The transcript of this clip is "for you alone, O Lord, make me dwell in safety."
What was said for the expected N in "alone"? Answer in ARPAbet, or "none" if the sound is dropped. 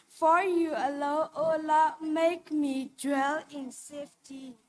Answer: none